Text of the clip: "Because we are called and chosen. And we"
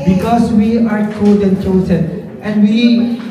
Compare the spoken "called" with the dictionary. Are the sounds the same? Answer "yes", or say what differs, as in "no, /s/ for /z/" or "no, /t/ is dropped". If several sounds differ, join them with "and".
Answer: no, /l/ is dropped